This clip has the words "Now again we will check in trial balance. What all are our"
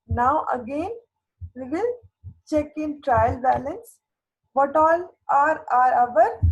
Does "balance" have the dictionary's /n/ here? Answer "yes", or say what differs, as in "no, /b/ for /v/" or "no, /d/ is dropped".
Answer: yes